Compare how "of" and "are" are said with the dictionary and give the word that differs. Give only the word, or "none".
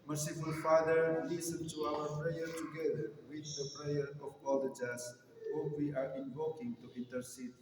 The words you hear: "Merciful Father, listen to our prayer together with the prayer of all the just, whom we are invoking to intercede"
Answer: of